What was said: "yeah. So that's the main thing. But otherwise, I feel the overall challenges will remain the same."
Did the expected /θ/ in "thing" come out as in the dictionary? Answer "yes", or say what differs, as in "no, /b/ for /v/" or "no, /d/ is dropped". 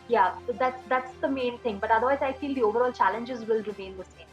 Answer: no, /t/ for /θ/